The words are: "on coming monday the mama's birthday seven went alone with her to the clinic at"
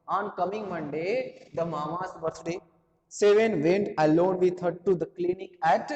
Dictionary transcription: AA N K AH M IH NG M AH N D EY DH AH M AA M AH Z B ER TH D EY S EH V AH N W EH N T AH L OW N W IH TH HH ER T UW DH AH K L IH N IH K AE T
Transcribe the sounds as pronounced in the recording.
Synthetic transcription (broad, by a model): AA N K AH M IH NG M AH N D EY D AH M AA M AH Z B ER T D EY S EH V AH N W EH N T AH L OW N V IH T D T UW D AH K L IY N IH K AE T